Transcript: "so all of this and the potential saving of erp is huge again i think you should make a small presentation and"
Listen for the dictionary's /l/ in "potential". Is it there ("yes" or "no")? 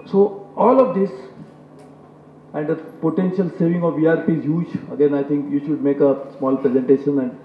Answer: yes